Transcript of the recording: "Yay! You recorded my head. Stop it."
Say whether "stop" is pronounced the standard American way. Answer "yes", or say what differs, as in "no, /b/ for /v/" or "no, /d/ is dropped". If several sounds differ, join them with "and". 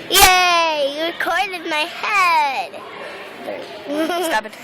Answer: no, /b/ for /p/